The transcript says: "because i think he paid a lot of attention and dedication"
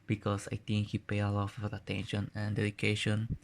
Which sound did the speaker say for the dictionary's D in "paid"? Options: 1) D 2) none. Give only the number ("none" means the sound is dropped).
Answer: 2